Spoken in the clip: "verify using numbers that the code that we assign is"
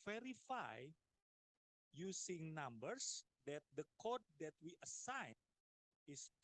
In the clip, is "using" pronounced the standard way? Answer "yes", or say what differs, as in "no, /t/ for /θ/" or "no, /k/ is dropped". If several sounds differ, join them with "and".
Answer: no, /s/ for /z/